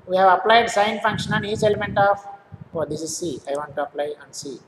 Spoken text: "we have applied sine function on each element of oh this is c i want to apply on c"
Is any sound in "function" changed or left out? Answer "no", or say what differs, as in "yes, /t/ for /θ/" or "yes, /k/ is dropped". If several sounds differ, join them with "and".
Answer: no